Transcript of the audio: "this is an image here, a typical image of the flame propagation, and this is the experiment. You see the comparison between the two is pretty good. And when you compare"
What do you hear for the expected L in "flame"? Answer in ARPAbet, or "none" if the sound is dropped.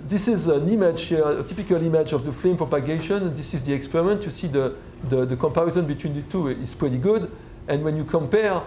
L